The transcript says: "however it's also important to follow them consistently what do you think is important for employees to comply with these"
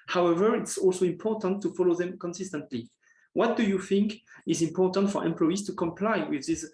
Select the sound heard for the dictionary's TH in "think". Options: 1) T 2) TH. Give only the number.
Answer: 2